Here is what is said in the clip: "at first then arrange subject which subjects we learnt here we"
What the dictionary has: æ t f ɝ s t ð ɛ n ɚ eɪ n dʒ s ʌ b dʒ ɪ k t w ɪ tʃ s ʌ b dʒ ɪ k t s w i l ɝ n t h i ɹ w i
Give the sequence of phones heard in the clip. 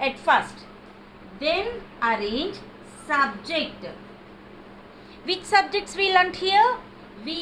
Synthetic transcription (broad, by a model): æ t f ɝ s t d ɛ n ɚ eɪ n dʒ s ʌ b dʒ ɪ k t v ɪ tʃ s ʌ b dʒ ɪ k t s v i l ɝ n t h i ɹ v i